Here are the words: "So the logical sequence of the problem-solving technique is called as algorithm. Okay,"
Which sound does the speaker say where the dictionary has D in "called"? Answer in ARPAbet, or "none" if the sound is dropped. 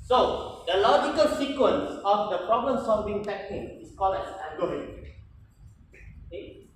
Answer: none